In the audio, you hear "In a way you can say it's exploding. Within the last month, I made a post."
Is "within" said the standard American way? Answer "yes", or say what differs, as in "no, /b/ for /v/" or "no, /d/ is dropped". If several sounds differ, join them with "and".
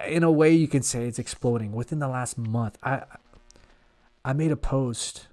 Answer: yes